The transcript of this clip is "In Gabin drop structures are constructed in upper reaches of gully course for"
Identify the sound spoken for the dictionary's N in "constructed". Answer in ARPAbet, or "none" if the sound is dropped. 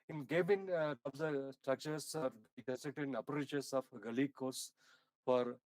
none